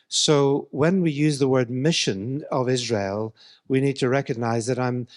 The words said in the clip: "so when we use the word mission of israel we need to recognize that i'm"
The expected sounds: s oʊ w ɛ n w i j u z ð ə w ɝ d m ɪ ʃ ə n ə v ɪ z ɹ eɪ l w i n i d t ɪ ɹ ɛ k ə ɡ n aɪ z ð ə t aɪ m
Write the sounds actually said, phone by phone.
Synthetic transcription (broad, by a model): s oʊ w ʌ n w i j u z ð ə w ɝ d m ɪ ʃ ə n ə v ɪ z ɹ eɪ l w i n i d t ɪ ɹ ɛ k ə ɡ n aɪ z ð ə t aɪ m